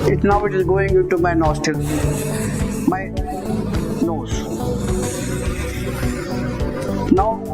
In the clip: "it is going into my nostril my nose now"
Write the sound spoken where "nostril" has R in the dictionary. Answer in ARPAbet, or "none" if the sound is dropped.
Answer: none